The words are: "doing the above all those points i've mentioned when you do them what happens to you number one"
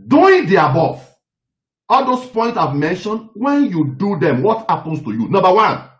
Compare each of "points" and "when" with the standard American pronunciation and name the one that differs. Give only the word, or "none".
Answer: points